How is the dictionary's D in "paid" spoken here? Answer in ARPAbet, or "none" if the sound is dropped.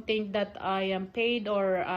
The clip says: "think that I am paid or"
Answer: D